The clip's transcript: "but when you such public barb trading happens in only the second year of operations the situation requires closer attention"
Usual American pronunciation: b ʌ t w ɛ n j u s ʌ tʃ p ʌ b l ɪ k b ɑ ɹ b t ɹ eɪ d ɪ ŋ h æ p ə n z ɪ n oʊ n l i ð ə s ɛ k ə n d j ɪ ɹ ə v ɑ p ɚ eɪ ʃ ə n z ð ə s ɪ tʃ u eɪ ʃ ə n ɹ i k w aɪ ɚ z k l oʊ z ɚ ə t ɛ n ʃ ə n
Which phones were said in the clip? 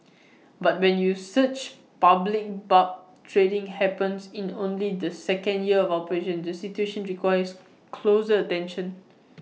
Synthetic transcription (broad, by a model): b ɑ t w ɛ n j u s ʌ tʃ p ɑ b l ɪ k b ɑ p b t ɹ eɪ d ɪ ŋ h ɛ p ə n s ɪ n oʊ n l i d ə s ɛ k ə n d j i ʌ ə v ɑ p ɚ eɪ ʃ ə n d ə s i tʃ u eɪ ʃ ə n ɹ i k w aɪ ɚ s k l oʊ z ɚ ə t ɛ n ʃ ə n